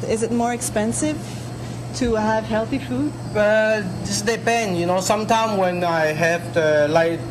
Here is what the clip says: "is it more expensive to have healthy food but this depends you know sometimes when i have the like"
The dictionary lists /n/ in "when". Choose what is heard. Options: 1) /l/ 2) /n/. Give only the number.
2